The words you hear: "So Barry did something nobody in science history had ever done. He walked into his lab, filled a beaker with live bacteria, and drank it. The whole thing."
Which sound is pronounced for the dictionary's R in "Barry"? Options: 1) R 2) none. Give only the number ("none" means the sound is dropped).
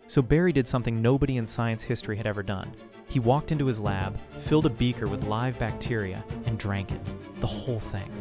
1